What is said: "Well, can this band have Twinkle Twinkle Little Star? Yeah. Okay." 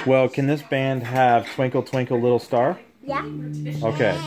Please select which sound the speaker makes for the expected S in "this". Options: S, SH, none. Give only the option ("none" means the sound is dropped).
S